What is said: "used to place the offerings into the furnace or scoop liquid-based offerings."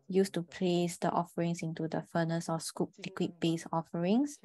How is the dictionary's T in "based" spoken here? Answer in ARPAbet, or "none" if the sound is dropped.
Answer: none